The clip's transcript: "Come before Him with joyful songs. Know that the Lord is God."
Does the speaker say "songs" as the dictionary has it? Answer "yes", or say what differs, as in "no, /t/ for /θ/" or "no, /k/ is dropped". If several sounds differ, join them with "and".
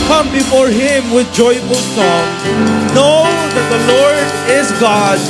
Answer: no, /z/ is dropped